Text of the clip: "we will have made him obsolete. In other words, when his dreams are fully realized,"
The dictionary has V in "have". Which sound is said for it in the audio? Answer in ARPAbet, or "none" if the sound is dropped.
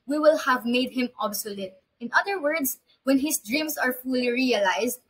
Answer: V